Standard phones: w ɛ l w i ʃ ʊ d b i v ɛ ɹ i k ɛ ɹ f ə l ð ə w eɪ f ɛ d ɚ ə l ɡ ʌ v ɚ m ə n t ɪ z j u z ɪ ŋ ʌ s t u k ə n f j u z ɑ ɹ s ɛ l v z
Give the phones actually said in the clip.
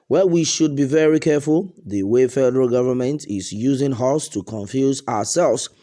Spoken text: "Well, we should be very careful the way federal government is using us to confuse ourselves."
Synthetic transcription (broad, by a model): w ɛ w i ʃ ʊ d b i v ɛ ɹ i k ɛ ɹ f ə l ð ə w eɪ f ɛ d ɚ ə l ɡ ʌ v ɚ m ə n t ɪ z j u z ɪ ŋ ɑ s t u k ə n f j u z ɑ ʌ s ɛ l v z